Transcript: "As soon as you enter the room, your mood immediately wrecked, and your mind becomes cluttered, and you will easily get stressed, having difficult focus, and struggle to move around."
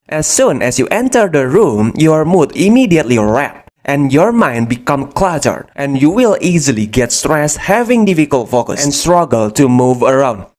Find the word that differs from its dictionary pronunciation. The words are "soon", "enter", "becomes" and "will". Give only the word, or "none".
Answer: becomes